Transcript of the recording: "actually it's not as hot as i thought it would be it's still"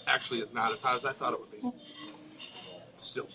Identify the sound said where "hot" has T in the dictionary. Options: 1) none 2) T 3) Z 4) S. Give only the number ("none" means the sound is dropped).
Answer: 1